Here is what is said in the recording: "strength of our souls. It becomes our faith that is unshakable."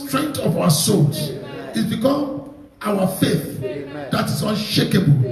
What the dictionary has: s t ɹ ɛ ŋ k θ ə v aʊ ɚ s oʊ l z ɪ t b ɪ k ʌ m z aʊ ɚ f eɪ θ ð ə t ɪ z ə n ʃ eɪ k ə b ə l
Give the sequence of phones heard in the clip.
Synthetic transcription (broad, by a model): s t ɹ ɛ ŋ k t ə v aʊ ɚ s oʊ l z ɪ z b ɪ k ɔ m aʊ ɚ f eɪ θ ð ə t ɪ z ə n ʃ eɪ k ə b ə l